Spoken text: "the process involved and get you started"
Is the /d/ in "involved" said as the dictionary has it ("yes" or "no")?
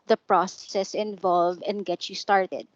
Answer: no